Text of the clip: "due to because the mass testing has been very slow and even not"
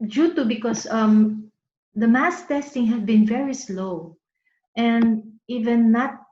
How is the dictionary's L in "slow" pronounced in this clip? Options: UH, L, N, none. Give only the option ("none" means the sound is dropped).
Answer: L